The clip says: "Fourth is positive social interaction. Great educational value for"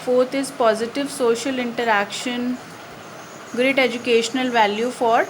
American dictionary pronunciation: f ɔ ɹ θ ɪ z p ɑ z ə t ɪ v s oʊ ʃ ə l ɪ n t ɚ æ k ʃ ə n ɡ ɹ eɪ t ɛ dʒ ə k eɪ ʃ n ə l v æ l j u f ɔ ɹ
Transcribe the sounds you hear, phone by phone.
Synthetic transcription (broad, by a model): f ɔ ɹ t ɪ z p ɑ z ə t ɪ v s oʊ ʃ ə l ɪ n t ɚ æ k ʃ ə n ɡ ɹ eɪ t ɛ dʒ ə k eɪ ʃ n ə l v æ l j u f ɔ ɹ